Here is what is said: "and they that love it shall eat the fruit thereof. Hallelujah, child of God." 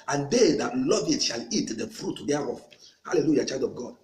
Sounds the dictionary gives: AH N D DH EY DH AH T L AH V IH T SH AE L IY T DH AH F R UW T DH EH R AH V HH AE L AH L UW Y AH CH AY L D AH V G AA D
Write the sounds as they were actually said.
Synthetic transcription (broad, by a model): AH N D EY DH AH T L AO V IH T SH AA L IY T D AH F R UW T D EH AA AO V HH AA L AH L UW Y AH CH AY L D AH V G AA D